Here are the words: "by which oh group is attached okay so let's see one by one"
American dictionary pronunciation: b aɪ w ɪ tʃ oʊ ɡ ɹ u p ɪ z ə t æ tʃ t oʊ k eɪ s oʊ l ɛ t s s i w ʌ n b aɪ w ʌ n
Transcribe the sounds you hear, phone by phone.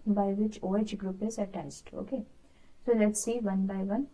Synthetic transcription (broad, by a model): b aɪ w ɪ tʃ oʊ ɡ ɹ u p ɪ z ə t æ s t oʊ k eɪ s oʊ l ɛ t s s i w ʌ n b aɪ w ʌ n